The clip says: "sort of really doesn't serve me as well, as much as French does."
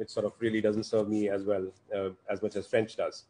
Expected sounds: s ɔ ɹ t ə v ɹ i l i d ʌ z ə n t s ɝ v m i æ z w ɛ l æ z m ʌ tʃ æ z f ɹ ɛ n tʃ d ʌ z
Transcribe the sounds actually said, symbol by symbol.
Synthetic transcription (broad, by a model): s ɔ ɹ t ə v ɹ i l i d ʌ z ə n t s ɝ v m i æ z w ɛ l æ z m ʌ tʃ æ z f ɹ ɛ n tʃ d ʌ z